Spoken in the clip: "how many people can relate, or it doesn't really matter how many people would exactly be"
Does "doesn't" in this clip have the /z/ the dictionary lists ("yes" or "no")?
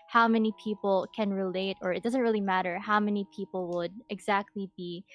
yes